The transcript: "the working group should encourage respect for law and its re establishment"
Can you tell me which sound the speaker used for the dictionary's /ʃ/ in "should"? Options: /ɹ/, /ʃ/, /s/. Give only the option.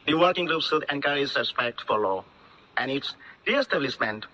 /s/